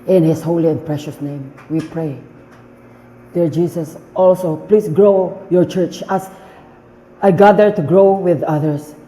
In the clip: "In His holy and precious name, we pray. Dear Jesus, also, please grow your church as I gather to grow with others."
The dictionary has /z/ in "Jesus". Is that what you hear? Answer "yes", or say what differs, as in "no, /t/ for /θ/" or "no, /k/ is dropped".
no, /s/ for /z/